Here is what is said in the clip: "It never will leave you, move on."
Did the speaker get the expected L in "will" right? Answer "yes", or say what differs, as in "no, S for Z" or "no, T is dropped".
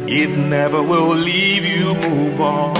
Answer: yes